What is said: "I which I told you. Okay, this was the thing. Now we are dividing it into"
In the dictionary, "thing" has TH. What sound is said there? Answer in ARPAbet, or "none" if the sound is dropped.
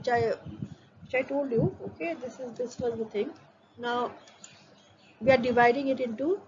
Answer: T